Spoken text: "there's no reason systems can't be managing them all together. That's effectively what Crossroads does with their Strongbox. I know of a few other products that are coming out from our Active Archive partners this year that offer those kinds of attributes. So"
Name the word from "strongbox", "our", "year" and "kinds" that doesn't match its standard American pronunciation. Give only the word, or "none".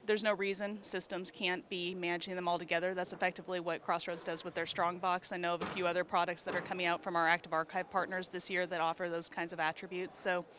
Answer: none